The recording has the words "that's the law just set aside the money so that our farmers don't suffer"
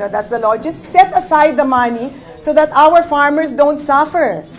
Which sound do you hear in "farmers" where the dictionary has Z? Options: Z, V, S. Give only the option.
S